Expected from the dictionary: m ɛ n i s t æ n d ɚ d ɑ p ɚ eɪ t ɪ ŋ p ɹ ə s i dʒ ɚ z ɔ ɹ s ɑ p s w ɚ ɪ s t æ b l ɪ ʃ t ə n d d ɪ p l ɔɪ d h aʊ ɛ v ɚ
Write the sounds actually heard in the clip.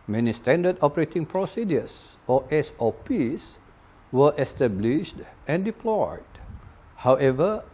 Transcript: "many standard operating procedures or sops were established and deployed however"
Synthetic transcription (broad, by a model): m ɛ n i s t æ n d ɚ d ɑ p ɚ eɪ t ɪ ŋ p ɹ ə s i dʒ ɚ s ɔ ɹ s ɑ p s w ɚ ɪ s t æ b l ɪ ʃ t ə n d d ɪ p l ɔɪ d h aʊ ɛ v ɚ